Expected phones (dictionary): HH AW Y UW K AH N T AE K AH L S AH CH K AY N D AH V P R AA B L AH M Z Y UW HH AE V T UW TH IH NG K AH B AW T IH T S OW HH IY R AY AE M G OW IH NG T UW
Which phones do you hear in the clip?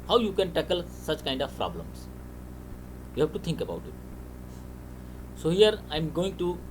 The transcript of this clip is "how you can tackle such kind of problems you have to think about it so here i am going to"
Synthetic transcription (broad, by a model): HH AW Y UW K AH N T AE K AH L S AH CH K AY N D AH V P R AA B L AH M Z Y UW HH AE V T UW T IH NG K AH B AW T IH T S OW HH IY R AY M G OW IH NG T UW